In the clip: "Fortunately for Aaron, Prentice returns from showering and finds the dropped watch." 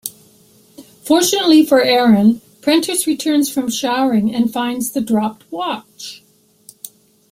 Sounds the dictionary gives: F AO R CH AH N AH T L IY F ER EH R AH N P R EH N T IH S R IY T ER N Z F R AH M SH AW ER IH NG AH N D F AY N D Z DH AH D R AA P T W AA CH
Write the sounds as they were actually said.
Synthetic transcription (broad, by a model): F AO R CH AH N AH T L IY F ER EH R AH N P R EH N T IH S R IY T ER N Z F R AH M SH AW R IH NG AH N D F AY N D Z DH AH D R AA P T W AA CH